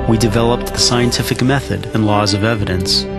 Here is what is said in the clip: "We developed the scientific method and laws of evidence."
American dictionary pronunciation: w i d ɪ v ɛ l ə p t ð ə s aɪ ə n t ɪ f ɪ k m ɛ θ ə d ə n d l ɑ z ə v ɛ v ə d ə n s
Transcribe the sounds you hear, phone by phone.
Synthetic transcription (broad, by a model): w i d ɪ v ɛ l ə p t ð ə s aɪ ə n t ɪ f ɪ k m ɛ θ ə d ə n l ɑ z ə v ɛ v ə d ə n s